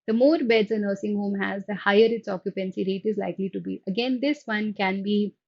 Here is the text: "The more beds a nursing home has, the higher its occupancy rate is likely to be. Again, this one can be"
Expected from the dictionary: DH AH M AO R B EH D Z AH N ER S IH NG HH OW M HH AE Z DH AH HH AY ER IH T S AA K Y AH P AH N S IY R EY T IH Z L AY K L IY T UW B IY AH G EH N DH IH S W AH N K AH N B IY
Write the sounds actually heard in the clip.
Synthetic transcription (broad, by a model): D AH M AO R B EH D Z AH N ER S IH NG HH OW M HH AE Z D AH HH AY ER IH T S AA K Y AH P AH N S IY R EY T IH Z L AY K L IY T UW B IY AH G EH N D IH S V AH N K AH N B IY